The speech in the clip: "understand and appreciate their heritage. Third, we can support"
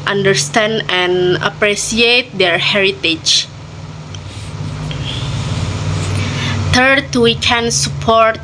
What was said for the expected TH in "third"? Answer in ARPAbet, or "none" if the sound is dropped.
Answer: T